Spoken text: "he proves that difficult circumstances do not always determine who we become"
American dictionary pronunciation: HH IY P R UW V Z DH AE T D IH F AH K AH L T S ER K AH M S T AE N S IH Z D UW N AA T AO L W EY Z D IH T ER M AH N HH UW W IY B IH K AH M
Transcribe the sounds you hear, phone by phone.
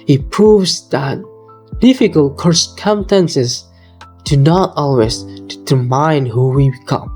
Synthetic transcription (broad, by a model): HH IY P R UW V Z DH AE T D IH F AH K AH L T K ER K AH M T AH N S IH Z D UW N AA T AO L W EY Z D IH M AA AH N HH UW W IY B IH K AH M